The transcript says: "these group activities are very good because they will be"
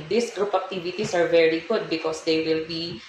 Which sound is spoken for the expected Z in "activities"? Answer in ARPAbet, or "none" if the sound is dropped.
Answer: S